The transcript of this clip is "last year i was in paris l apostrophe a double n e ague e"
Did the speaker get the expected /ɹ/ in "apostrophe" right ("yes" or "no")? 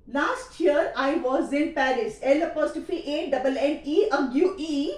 no